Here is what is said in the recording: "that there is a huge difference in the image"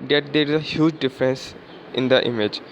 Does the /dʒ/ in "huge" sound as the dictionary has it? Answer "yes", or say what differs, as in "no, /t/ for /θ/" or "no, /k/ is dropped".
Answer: yes